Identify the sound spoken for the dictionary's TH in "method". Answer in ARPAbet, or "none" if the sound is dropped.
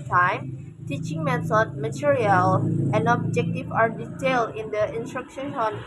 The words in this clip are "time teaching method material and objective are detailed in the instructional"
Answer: S